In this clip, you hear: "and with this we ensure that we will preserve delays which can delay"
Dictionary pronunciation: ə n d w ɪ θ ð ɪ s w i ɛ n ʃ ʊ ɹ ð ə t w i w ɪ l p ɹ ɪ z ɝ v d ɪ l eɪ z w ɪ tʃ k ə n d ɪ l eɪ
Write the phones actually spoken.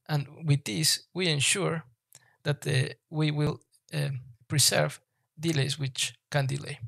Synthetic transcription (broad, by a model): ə n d w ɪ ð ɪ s w i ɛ n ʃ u ɹ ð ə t w i w ɪ l p ɹ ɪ s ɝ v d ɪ l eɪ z w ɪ tʃ k ə n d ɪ l eɪ